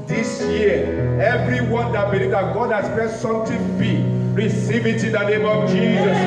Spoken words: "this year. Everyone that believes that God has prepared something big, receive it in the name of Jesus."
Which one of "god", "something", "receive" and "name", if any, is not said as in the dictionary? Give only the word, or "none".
something